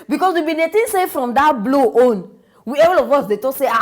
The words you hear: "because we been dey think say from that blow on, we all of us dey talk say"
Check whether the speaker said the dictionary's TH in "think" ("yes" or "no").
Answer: no